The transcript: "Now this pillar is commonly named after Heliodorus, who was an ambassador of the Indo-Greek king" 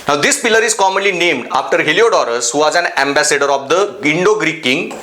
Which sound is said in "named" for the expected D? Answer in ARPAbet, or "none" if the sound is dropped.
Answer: D